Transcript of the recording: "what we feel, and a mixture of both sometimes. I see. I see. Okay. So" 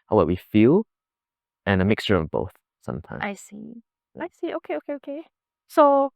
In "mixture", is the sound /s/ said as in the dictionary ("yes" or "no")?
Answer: yes